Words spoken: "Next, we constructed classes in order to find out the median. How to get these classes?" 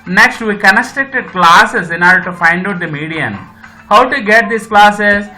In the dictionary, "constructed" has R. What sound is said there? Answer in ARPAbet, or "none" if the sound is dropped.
none